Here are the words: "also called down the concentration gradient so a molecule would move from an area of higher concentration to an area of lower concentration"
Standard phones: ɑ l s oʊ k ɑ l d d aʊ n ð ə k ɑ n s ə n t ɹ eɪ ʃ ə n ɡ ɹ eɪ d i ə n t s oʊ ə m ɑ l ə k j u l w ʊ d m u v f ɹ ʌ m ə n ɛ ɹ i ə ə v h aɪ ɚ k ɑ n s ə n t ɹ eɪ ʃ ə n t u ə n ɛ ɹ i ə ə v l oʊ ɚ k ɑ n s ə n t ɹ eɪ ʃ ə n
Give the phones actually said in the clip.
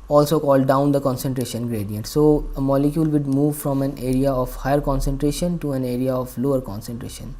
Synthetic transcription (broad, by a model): ɑ l s oʊ k ɑ l d d aʊ n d ə k ɑ n s ə n t ɹ eɪ ʃ ə n ɡ ɹ eɪ d i ə n t s oʊ ə m ɑ l ə k j u l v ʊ d m u v f ɹ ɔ m ə n ɛ ɹ i ə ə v h aɪ ɚ k ɑ n s ə n t ɹ eɪ ʃ ə n t u ə n ɛ ɹ i ə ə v l oʊ ɚ k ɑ n s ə n t ɹ eɪ ʃ ə n